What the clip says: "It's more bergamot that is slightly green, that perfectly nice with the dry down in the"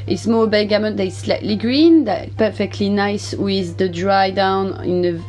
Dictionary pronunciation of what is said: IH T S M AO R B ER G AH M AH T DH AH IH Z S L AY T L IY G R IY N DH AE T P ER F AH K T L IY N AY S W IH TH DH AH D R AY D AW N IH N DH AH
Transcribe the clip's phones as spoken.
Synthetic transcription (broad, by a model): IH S M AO L B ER G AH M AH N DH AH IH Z S L AY T L IY G R IY N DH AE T P ER F AH K T L IY N AY S W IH DH AH D R AY D AW N IH N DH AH